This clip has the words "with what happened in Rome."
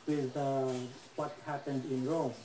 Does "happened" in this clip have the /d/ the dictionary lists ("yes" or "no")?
yes